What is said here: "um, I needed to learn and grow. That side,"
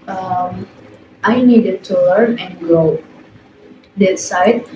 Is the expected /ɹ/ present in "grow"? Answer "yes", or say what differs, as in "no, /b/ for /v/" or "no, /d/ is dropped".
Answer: no, /ɹ/ is dropped